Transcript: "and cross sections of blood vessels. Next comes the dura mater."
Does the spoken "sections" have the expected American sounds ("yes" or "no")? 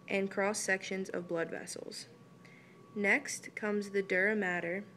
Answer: yes